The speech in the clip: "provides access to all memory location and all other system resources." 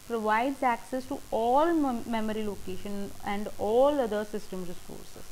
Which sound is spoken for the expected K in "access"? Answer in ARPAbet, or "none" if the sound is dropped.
K